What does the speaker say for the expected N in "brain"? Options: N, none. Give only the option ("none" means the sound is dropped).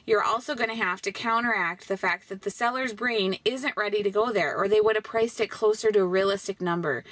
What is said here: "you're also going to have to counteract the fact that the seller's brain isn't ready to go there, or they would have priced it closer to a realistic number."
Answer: N